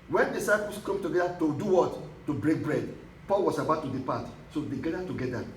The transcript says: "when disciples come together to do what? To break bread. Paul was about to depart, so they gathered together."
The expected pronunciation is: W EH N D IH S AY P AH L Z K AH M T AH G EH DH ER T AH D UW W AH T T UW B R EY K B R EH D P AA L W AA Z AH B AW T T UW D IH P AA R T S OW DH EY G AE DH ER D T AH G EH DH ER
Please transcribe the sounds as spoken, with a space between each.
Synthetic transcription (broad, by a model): W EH N D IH S AY P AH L S K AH M T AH G EH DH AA T AH D UW W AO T T UW B R EY K B R EH D P AA L W AA S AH B AW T T UW D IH P AA T S OW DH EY G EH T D T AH G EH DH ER